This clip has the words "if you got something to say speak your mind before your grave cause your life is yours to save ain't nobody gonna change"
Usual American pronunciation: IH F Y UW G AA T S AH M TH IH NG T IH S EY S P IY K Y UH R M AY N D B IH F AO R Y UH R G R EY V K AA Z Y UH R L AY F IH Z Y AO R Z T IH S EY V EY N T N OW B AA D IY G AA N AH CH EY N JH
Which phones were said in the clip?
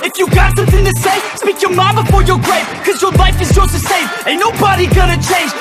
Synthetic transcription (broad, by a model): IH F Y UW G AA T S AH M TH IH NG T IH S EY S P IY K Y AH R M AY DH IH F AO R Y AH R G R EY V K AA Z Y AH R L AY F IH Z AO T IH S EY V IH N N OW B AA D IY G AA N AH CH EY N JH